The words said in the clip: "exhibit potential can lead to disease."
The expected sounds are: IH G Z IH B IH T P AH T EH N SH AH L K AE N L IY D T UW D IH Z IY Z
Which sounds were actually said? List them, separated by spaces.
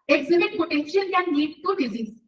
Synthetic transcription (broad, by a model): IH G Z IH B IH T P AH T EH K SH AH N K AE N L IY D T UW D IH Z IY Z